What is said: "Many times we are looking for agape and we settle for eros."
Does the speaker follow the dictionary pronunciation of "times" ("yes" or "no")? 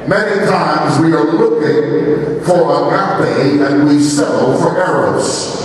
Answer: yes